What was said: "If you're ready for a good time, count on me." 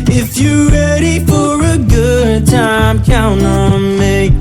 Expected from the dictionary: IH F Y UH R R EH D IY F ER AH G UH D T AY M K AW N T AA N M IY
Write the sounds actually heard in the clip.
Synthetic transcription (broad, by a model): IH F Y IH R R EH D IY F ER AH G UH D T AY M K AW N AA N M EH